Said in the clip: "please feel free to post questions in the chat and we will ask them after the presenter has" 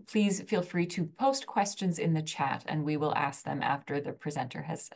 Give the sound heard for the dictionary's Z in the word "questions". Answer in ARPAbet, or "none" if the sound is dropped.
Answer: Z